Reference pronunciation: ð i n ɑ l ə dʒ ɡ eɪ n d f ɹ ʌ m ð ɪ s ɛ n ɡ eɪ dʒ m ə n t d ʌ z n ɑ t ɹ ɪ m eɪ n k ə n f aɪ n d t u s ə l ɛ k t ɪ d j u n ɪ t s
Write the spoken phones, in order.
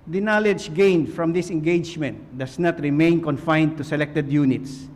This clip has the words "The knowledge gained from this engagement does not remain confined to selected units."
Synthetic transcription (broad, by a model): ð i n ɑ l ə dʒ ɡ eɪ n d f ɹ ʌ m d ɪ s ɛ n ɡ eɪ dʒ m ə n t d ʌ s n ɑ t ɹ ɪ m eɪ n k ə n f aɪ n d t u s ə l ɛ k t ɪ d j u n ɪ t s